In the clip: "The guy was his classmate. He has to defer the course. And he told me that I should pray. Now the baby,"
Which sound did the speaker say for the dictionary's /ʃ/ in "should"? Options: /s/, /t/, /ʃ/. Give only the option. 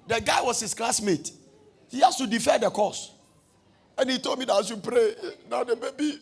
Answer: /s/